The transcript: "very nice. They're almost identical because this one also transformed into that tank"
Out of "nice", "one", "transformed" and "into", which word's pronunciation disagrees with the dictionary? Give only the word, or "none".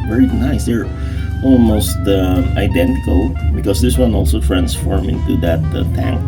transformed